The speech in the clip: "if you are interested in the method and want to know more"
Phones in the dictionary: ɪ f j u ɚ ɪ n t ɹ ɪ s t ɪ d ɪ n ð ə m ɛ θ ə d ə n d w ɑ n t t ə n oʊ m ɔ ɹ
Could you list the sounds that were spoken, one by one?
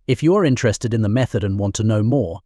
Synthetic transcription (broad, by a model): ɪ f j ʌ ɚ ɪ n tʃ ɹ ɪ s t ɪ d ɪ n ð ə m ɛ θ ə d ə n w ɑ n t t ə n oʊ m ɔ ɹ